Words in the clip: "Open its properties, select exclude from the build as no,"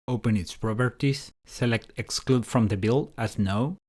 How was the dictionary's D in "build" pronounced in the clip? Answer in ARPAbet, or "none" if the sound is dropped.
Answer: none